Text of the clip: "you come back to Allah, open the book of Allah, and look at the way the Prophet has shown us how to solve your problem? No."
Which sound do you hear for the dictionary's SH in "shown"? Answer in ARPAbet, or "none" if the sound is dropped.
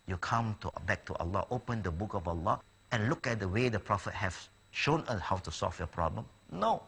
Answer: SH